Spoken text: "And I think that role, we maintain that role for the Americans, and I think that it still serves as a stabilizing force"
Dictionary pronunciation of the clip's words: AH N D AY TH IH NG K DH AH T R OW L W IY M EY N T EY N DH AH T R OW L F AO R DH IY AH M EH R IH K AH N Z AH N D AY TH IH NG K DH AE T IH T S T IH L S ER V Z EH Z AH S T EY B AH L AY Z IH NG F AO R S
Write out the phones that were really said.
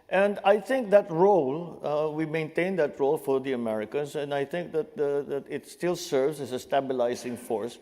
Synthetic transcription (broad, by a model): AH N D AY TH IH NG K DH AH T R OW L W IY M EY N T EY N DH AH T R OW L F AO R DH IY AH M EH R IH K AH N S AH N D AY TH IH NG K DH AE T IH T S T IH L S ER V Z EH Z AH S T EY B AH L AY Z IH NG F AO R S